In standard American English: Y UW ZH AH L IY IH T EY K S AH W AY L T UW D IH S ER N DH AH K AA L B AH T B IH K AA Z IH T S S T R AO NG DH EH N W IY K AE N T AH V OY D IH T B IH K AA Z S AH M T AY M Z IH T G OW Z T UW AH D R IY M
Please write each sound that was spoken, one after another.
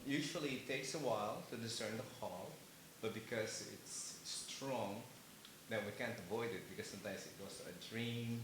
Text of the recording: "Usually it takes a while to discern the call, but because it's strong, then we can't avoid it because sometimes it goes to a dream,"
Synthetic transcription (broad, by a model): Y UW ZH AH L IY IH T EY K S AH W AY L T UW D IH S ER N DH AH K AA L B AH T B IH K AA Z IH T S S T R AO NG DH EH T W IY K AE N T AH V OY D IH T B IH K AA S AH M T AY M S IH T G OW S T UW AH D R IY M